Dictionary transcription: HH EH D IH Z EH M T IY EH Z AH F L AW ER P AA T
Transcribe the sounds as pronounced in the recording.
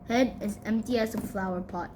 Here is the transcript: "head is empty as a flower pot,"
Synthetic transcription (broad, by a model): HH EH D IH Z EH M T IY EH S AH F L AW ER P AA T